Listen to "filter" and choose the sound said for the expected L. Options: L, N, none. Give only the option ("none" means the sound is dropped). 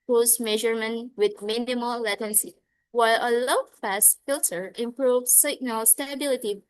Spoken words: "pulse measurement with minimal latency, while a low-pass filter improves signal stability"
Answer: L